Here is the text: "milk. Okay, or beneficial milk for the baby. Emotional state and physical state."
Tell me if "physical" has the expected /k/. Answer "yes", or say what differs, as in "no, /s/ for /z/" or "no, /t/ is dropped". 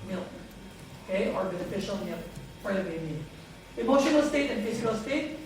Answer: no, /k/ is dropped